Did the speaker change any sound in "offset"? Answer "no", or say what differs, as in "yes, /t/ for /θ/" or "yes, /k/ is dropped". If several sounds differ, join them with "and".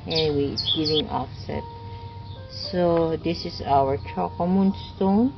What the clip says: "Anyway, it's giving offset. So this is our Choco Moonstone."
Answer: no